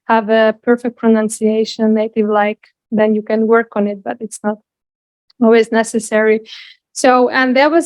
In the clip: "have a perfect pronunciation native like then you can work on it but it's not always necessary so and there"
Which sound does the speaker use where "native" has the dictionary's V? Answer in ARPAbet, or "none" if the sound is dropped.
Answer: V